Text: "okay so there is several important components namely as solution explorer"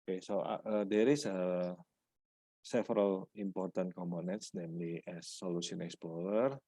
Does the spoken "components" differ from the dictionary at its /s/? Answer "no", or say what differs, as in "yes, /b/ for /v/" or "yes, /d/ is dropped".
no